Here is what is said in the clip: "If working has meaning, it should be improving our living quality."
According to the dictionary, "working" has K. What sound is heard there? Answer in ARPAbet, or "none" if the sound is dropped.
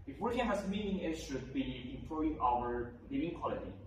none